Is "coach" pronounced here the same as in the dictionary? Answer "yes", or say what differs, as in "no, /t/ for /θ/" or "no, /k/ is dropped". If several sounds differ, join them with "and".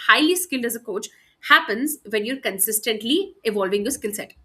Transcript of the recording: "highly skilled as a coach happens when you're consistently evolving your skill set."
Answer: yes